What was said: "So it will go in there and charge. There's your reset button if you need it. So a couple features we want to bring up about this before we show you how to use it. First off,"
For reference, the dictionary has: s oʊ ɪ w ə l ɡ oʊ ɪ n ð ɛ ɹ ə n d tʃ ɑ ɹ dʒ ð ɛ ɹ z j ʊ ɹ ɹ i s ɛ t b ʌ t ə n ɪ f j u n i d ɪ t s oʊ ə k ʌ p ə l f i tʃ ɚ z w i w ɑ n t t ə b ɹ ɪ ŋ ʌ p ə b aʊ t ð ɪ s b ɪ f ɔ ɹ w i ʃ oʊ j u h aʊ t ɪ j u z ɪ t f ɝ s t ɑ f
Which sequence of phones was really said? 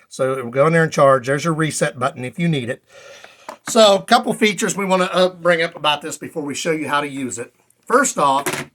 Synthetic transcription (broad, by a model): s oʊ ɪ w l ɡ oʊ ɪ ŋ ð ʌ ɹ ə n tʃ ɑ ɹ dʒ ð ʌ ɹ z j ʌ ɹ ɹ i s ɛ t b ʌ t n ɪ f j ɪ n i d ɪ t s oʊ ə k ʌ p l f i tʃ ɚ z w i w ɑ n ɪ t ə b ɹ ɪ ŋ ʌ p ə b aʊ t ð ɪ s b ɪ f ɔ ɹ w i ʃ oʊ j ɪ h aʊ t ɪ j u z ɪ t f ɝ s t ɑ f